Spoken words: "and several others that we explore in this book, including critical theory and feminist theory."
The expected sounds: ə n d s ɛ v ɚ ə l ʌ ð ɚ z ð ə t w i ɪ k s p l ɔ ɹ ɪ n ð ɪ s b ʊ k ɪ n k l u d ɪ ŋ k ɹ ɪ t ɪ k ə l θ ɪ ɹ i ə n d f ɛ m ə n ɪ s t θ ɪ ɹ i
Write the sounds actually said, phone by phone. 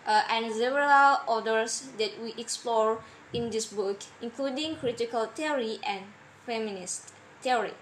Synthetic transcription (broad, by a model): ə n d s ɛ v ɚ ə l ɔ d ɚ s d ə t w i ɪ k s p l ɔ ɹ ɪ n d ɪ s b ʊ k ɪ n k l u d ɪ ŋ k ɹ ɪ t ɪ k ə l t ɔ ɹ i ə n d f ɛ m ə n ɪ s t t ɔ ɹ i